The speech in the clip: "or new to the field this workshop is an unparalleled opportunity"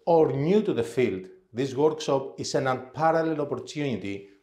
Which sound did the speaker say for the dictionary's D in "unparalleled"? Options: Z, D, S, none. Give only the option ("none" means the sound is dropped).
none